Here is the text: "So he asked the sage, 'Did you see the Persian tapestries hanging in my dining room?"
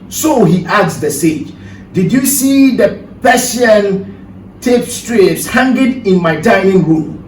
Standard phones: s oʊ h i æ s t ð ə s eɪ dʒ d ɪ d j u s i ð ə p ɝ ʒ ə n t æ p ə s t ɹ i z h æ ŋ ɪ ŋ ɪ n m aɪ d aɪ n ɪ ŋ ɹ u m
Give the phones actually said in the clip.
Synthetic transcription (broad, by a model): s oʊ h i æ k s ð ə s eɪ dʒ d ɪ d j u s i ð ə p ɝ s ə n t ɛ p s t ɹ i s h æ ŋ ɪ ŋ ɪ n m aɪ d aɪ ɪ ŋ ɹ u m